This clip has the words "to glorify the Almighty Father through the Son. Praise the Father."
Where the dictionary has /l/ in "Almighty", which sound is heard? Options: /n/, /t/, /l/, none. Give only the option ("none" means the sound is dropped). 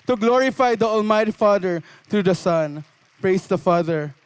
/l/